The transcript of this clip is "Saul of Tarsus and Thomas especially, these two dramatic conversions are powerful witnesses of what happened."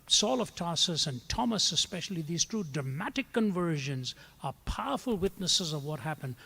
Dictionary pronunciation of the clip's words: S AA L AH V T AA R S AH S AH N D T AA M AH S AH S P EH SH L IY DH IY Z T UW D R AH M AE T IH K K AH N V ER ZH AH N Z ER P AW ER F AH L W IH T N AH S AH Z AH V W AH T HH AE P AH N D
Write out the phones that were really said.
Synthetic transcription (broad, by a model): S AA L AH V T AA S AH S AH N T AA M AH S AH S P EH SH L IY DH IY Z T UW D R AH M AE T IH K K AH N V ER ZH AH N Z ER P AW ER F AH L W IH T N AH S AH Z AH V W AH T HH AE P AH N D